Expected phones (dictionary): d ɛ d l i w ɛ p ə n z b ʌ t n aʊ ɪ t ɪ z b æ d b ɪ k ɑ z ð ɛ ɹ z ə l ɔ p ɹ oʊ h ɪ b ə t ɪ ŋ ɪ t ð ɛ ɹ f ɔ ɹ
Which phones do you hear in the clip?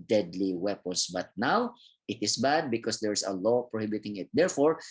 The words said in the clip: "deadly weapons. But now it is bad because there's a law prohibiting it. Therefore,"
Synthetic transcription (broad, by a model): d ɛ d l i w ɛ p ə n s b ʌ t n aʊ ɪ t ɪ s b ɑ d b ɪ k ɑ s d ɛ ɹ s ə l ɔ p ɹ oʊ h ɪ b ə t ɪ ŋ ɪ t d ɛ ɹ f ɔ ɹ